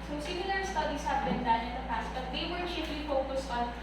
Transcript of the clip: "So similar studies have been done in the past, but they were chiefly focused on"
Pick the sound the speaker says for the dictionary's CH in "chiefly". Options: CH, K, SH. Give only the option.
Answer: SH